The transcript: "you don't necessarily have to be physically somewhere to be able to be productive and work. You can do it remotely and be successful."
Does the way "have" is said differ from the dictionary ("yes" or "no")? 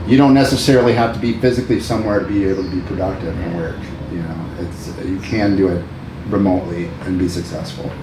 yes